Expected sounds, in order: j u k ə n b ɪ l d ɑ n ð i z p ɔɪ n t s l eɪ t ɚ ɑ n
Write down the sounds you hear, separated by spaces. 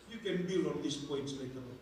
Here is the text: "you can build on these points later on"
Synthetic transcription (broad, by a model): j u k ə n b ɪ l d ɑ n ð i s p ɔɪ n t s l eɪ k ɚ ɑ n